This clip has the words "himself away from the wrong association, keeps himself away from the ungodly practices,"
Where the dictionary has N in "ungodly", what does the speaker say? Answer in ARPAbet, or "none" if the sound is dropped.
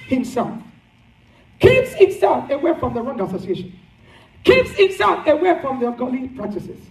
none